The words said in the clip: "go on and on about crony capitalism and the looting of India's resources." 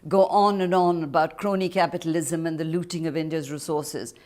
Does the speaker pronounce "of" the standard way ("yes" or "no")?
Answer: yes